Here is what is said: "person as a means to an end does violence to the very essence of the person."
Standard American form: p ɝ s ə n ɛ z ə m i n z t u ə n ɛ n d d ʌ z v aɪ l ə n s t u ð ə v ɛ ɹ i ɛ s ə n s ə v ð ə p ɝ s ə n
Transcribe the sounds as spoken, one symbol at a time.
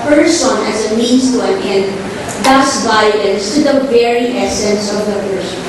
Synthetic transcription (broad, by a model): p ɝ s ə n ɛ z ə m i n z t u ə n ɛ n d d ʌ s v aɪ l ə n s t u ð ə v ɛ ɹ i ɛ s ə n s ə v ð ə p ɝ s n